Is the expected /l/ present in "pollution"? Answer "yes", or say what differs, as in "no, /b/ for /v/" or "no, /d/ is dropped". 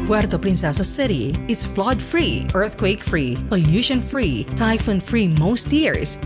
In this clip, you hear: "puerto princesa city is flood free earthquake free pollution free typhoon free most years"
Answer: no, /n/ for /l/